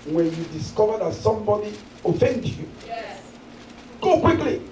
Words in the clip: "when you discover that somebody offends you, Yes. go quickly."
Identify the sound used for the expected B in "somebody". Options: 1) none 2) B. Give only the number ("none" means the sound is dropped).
1